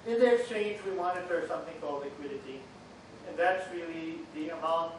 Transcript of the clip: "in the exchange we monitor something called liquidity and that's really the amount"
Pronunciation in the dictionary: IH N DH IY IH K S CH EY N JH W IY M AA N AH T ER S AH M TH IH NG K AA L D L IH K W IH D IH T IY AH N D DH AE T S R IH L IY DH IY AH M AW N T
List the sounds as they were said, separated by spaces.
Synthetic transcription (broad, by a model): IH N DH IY IH K S CH EY N JH W IY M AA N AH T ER S AH M TH IH NG K AA L D L IH K W IH D IH T IY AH N DH AE T S R IH L IY DH IY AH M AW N